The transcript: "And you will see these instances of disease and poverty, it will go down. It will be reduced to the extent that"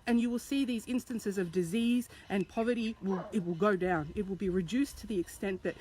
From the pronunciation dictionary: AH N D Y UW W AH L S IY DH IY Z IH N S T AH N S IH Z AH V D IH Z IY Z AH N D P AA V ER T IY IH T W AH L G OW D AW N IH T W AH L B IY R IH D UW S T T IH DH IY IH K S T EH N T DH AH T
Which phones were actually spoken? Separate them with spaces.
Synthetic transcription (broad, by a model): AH N Y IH W AH L S IY DH IY Z IH N S T AH N S IH Z AH V D IH Z IY Z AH N P AA V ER T IY IH T W AH L G OW D AW N IH T W AH L B IY R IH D UW S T T IH DH IY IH K S T EH N DH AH T